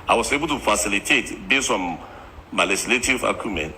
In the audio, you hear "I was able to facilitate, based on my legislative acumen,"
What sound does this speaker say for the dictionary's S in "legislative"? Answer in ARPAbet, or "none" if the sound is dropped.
none